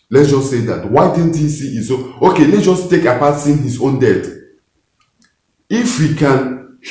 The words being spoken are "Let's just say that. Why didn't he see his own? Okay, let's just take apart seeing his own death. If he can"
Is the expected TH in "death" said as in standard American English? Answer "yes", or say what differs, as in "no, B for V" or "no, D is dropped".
no, T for TH